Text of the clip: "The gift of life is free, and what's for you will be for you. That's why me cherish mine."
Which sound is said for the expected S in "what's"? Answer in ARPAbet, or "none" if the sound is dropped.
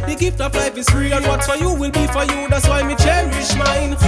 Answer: none